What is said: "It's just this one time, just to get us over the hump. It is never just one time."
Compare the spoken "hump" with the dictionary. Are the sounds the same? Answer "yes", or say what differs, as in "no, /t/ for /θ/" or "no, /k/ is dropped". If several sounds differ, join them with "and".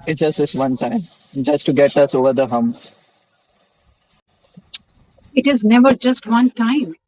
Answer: no, /p/ is dropped